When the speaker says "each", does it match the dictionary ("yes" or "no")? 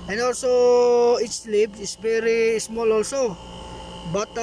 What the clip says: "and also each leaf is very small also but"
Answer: no